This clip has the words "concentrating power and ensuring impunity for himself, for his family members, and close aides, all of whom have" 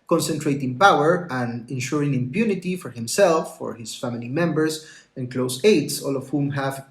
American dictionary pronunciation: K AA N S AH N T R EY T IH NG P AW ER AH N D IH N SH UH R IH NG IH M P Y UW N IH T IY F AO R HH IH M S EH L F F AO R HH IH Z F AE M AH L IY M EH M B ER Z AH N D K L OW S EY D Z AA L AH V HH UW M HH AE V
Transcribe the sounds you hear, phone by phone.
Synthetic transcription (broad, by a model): K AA N S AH N T R EY T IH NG P AW ER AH N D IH N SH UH R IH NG IH M P Y UW N IH T IY F AO R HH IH M S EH L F F AO R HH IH S F AE M AH L IY M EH M B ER S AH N K L OW S EY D S AA L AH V HH UW M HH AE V